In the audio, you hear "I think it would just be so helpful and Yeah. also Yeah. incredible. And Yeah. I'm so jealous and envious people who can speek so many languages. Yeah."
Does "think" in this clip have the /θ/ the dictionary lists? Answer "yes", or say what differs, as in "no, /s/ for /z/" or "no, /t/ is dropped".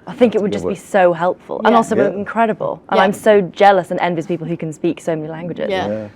yes